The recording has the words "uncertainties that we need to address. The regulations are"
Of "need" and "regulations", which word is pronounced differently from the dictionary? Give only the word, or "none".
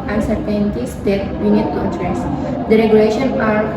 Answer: regulations